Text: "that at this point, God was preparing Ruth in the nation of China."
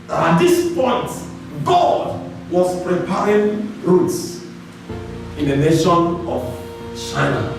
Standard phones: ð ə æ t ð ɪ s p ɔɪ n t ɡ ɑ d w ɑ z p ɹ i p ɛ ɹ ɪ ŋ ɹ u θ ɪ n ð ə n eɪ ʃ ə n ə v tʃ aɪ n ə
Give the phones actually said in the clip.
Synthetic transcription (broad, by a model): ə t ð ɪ s p ɔɪ n t ɡ ɑ d w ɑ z p ɹ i p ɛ ɹ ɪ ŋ ɹ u s ɪ n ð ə n eɪ ʃ ə n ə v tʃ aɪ n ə